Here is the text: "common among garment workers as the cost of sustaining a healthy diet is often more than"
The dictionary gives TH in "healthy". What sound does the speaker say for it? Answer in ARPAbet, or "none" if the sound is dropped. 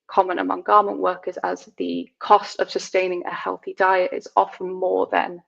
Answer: TH